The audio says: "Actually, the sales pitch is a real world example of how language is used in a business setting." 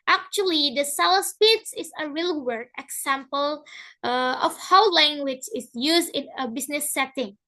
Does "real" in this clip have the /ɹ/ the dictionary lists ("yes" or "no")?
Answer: yes